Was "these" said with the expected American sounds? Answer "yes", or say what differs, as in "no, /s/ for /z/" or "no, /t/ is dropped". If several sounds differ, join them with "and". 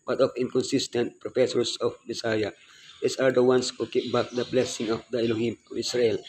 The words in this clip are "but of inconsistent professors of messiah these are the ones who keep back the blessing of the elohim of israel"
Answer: no, /s/ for /z/